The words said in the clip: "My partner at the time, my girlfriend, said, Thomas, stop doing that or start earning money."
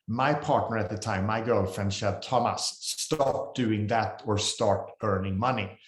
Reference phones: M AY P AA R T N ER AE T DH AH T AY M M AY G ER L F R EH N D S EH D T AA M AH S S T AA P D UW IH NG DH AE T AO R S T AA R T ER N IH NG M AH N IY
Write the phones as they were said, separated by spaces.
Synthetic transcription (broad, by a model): M AY P AA R T N ER AE T DH AH T AY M M AY G ER L F R EH N D SH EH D T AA M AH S S T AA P D UW IH NG DH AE T AO R S T AA R T ER N IH NG M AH N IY